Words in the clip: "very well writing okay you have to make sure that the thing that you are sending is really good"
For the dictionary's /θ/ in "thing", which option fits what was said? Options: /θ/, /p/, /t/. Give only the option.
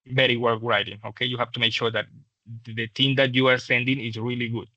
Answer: /t/